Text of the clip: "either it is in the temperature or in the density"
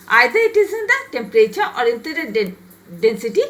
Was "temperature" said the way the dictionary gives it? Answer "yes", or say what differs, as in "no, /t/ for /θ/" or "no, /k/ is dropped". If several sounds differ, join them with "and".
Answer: yes